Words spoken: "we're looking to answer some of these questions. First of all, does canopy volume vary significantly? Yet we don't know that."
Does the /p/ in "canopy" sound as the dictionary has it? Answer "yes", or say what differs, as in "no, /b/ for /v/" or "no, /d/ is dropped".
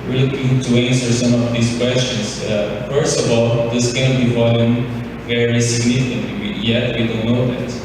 no, /b/ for /p/